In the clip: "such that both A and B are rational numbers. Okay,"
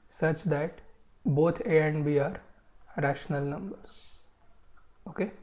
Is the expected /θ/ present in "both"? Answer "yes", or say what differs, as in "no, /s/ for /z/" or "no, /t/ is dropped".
no, /t/ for /θ/